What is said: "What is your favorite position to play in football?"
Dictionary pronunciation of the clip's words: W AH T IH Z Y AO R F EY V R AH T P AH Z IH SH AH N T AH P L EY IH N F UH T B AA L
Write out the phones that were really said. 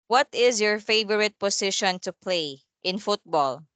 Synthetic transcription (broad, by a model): W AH T IH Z Y AO R F EY V R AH T P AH S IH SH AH N T AH P L EY IH N F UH T B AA L